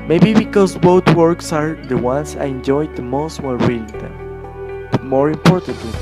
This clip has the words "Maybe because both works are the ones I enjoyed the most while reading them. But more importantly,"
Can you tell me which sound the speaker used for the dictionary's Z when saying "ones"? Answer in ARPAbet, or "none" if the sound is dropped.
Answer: S